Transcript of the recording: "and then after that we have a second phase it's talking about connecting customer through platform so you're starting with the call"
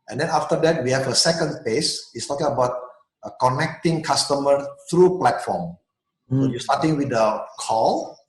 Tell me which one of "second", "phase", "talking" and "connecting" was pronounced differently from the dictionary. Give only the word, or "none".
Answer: phase